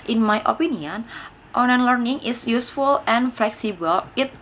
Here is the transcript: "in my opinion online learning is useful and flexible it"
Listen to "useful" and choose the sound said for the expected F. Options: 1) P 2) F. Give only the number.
2